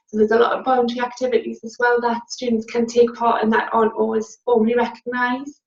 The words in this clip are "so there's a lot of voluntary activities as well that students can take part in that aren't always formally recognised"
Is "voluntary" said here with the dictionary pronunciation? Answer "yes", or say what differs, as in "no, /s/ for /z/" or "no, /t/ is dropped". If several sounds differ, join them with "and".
no, /b/ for /v/ and /l/ is dropped